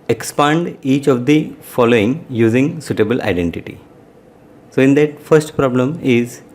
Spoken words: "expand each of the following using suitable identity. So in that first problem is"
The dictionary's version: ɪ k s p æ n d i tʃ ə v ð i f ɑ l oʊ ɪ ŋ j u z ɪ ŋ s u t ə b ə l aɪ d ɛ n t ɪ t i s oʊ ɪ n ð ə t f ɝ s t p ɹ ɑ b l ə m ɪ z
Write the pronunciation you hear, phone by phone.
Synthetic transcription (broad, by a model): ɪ k s p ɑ n d i tʃ ə v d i f ɑ l oʊ ɪ ŋ j u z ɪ ŋ s u t ə b ə l aɪ d ɛ n t ɪ t i s oʊ ɪ n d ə t f ɝ s t p ɹ ɑ b l ə m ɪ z